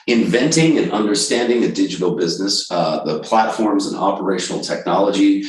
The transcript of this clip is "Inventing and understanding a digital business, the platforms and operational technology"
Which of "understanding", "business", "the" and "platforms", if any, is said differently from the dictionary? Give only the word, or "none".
none